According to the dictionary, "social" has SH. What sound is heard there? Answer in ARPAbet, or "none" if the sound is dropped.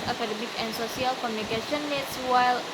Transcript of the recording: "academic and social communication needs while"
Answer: S